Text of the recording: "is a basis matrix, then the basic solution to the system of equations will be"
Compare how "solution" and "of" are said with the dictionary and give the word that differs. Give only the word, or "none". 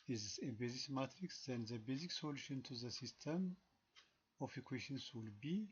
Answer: of